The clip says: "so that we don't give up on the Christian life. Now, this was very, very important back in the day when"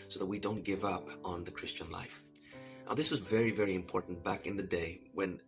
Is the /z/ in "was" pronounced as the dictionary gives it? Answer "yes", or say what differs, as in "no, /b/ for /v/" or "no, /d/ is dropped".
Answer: yes